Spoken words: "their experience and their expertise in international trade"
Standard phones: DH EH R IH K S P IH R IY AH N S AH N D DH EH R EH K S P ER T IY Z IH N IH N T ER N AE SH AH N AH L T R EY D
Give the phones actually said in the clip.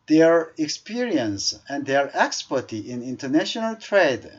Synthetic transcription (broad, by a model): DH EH R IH K S P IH R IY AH N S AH N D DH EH R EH K S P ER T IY IH N IH N T ER N AE SH AH N AH L T R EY D